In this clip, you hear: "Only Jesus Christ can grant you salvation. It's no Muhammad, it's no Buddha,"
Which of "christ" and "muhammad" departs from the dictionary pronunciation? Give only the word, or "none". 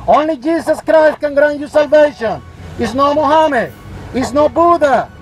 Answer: muhammad